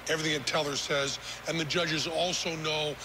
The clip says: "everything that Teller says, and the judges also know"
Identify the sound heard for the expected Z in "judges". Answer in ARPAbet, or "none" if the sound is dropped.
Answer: Z